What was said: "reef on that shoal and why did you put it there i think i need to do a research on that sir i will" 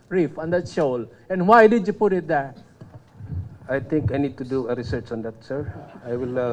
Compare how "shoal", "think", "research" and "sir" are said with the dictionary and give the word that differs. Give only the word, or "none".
think